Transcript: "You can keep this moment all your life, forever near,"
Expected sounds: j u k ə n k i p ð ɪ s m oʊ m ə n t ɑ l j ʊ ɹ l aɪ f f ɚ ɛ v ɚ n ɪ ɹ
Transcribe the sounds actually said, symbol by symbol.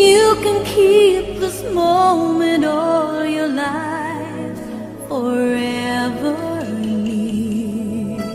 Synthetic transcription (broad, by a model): j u k ə n k i p ð ɪ s m oʊ m ə n t ɑ l j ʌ ɹ l aɪ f f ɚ ɛ ɚ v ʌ ɹ